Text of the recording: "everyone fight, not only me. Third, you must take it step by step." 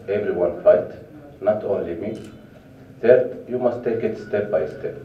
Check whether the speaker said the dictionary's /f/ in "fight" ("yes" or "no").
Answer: yes